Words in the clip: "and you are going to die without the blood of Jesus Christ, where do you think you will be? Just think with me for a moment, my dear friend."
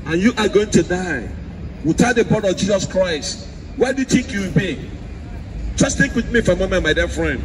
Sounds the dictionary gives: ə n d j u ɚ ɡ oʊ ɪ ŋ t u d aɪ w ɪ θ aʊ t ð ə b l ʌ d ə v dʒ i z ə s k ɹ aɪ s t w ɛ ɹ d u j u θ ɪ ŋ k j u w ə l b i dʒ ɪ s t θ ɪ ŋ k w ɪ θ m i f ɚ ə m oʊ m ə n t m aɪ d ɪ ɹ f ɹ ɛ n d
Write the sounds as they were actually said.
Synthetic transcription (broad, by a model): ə n j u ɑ ɡ oʊ ɪ ŋ t u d aɪ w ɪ t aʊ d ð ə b ɔ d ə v dʒ i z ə s k ɹ aɪ s t w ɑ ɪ d u j u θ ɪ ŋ k j u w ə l b i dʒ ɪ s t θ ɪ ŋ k w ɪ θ m i f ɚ ə m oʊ m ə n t m aɪ d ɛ f ɹ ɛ n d